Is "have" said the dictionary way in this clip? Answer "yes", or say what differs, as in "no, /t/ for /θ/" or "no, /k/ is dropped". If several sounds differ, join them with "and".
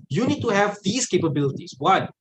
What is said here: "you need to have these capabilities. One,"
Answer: yes